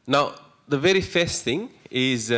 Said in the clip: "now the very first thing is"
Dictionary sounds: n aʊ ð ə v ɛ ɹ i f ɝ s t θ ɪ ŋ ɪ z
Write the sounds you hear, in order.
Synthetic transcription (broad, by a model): n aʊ ð ə v ɛ ɹ i f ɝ s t θ ɪ ŋ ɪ z